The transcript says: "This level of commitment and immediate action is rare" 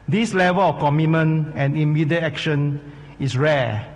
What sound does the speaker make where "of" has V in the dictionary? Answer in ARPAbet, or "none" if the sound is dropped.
F